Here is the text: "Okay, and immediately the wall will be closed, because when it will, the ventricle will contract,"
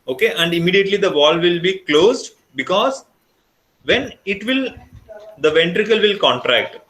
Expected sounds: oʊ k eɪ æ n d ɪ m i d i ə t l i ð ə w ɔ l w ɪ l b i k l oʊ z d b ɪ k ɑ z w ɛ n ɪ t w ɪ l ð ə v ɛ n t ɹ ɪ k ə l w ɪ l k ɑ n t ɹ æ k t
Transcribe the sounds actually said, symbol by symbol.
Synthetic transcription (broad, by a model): oʊ k eɪ æ n d ɪ m i d i ə t l i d ə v ɔ l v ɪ l b i k l oʊ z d b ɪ k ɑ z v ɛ n ɪ t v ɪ l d ə v ɛ n t ɹ ɪ k ə l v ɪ l k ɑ n t ɹ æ k t